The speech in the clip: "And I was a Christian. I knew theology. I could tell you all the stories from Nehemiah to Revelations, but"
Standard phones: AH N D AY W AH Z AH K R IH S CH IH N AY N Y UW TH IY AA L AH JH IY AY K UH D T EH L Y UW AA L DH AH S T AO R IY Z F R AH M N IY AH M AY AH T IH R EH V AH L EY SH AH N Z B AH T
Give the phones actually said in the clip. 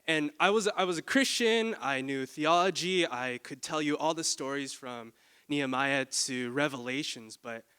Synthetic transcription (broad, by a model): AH N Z AY W AH Z AH K R IH S CH IH N AY N Y UW TH IY AA L AH JH IY AY K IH D T EH L Y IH AA L DH AH S T AO R IY Z F R AH M N IY AH M AY AH T IH R EH V AH L EY SH AH N Z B AH T